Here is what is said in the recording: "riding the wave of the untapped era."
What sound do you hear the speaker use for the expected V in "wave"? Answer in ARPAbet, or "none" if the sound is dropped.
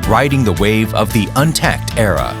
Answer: V